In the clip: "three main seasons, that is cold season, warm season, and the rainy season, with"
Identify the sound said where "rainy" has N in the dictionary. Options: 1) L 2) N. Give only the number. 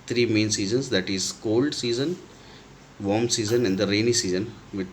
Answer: 2